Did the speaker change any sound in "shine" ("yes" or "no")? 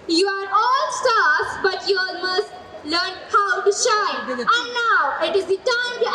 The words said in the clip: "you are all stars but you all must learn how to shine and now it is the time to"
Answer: yes